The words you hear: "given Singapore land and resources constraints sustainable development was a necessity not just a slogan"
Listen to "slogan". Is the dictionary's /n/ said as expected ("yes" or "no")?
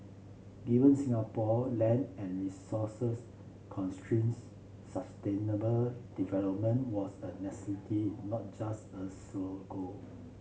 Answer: no